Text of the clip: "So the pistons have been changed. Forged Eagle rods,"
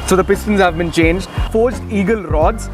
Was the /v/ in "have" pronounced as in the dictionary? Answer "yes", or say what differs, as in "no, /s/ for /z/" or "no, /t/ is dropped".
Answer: yes